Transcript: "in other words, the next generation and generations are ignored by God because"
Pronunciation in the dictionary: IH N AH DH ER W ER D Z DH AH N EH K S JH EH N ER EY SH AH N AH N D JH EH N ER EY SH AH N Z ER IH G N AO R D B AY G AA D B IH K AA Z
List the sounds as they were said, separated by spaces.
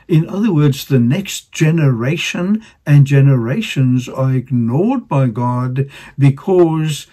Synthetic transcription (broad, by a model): IH N AH DH ER W ER D Z DH AH N EH K S JH EH N ER EY SH AH N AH N JH EH N ER EY SH AH N Z ER IH G N AO R D B AY G AA D B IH K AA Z